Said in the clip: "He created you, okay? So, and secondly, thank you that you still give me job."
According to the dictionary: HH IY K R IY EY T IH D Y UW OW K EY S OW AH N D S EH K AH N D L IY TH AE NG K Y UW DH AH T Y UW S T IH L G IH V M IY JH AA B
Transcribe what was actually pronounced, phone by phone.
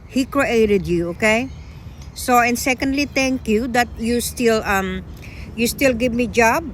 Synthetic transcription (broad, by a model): HH IY K R IY EY T IH D Y UW OW K EY S OW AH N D S EH K AH N D L IY T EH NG K Y UW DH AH T Y UW S T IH L G IH V M IY JH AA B